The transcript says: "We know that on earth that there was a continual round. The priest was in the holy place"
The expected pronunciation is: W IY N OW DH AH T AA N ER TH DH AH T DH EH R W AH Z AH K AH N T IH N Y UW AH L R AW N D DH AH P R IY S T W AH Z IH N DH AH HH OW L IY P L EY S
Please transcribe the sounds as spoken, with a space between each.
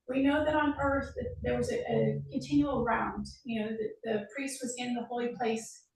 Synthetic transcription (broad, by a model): W IY N OW DH AH T N ER TH DH AH T DH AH R W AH Z AH K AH N T IH N Y UW L R AW N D DH AH P R IY S T W AH Z IH N DH AH HH OW L IY P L EY S